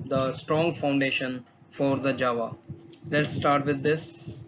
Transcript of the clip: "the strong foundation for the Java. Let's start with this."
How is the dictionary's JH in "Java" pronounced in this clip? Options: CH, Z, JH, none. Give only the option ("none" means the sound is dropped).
JH